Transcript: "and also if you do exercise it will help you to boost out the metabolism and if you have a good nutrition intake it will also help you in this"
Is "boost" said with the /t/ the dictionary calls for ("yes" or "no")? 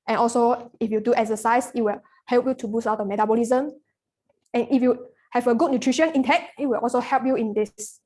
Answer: no